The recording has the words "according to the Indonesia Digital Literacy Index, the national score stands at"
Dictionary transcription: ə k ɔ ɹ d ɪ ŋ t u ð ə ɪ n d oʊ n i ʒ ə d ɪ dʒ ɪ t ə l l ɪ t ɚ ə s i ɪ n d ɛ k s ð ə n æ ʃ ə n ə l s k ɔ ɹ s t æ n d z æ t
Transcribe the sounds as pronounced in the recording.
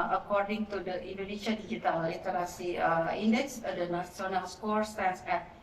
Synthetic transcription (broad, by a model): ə k ɔ ɹ d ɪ ŋ t u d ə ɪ n d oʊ n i ʃ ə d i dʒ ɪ t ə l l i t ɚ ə s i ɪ n d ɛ k s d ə n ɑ s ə n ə l s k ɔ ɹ s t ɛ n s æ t